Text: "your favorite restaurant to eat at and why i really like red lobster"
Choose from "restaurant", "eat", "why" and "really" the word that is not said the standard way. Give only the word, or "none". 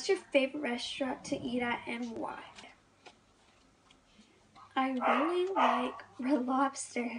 restaurant